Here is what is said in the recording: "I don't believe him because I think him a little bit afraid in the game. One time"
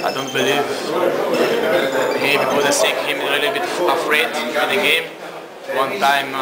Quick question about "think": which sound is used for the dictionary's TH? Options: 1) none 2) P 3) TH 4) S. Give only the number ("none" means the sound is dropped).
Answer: 4